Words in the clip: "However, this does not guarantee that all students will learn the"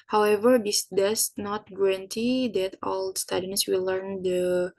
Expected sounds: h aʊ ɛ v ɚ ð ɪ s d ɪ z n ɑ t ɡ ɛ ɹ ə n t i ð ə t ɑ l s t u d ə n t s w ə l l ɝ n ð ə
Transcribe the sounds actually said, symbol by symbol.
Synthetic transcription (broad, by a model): h aʊ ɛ v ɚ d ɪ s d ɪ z n ɑ t ɡ ɛ ɹ ə n t i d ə t ɑ l s t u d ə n s w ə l l ɝ n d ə